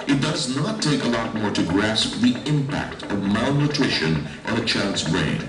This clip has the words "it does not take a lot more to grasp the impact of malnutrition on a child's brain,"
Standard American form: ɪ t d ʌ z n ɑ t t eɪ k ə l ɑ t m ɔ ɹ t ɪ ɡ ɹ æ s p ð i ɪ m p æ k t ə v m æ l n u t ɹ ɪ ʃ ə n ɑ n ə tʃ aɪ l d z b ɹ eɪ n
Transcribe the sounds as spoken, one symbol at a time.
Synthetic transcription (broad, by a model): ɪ t d ʌ z n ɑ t t eɪ k ə l ɑ t m ɔ ɹ t ɪ ɡ ɹ æ s p ð i ɪ m p æ k t ə v m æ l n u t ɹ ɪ ʃ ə n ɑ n ə tʃ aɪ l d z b ɹ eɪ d